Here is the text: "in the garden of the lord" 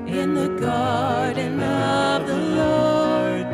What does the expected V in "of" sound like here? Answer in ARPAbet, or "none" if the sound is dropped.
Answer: V